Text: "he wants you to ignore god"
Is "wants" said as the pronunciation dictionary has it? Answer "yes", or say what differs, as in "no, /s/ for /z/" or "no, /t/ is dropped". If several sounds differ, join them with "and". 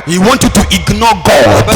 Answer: no, /s/ is dropped